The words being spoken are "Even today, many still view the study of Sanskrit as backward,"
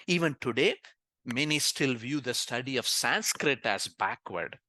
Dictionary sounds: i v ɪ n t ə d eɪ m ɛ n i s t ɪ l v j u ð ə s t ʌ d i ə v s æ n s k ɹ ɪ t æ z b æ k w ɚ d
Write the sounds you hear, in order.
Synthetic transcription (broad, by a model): i v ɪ n t ə d eɪ m ɛ n i s t ɪ l v j u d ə s t ʌ d i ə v s æ n s k ɹ ɪ t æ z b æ k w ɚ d